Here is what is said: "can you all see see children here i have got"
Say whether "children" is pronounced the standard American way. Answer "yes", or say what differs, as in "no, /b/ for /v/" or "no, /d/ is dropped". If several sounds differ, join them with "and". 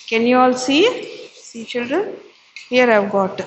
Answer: yes